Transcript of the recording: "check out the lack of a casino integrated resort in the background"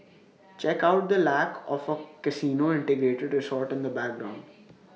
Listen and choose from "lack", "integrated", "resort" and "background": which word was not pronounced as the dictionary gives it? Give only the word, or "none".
none